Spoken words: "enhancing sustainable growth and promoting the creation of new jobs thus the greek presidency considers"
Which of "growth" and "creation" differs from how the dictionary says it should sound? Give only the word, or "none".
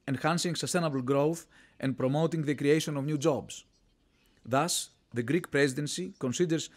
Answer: none